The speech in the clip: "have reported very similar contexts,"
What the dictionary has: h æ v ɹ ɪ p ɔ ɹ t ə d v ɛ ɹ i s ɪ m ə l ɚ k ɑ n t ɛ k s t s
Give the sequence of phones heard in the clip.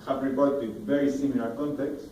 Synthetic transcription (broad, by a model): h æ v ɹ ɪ b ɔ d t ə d v ɛ ɹ i s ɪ m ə l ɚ k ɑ n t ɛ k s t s